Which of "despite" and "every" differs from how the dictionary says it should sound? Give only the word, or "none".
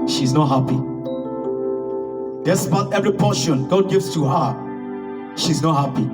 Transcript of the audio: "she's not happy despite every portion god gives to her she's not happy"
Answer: despite